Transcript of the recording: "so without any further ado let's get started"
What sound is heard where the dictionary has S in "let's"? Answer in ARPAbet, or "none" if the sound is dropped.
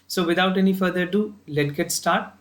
none